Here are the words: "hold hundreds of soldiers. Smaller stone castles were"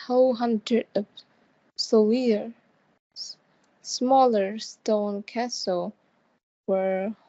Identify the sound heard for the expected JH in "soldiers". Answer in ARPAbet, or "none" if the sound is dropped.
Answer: none